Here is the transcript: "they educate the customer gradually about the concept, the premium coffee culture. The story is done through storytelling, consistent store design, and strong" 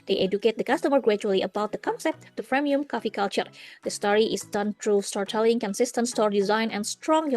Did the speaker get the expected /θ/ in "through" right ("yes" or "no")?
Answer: no